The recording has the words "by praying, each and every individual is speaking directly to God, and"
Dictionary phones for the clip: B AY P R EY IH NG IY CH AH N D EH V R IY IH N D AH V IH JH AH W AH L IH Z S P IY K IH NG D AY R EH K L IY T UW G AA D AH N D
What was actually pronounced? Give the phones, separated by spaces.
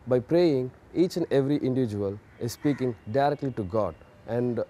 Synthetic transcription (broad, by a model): B AY P R EY IH NG IY CH AH N D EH V R IY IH N D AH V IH JH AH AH L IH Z S P IY K IH NG D AY R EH K L IY T UW G AA D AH N D